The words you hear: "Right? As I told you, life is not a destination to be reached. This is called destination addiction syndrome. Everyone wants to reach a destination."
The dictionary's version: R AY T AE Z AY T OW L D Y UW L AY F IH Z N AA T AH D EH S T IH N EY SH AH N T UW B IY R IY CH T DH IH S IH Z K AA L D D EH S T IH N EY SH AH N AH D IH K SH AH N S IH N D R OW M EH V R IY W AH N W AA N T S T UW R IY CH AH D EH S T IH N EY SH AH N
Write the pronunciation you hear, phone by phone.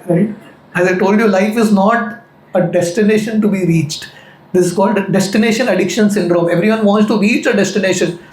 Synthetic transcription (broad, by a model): R AY T AE Z AY T OW L D Y UW L AY F IH Z N AA T AH D EH S T IH N EY SH AH N T UW B IY R IY CH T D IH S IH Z K AA L D D EH S T IH N EY SH AH N AH D IH K SH AH N S IH N D R OW M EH V R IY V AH N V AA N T S T UW R IY CH AH D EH S T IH N EY SH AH N